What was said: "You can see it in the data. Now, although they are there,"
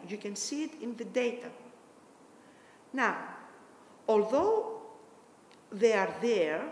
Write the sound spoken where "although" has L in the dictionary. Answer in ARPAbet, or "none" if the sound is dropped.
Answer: L